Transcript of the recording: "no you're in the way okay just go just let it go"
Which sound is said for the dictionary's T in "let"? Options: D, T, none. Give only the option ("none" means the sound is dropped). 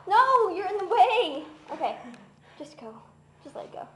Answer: none